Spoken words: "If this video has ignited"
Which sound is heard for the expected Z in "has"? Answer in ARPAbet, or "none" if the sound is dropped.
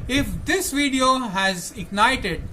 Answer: Z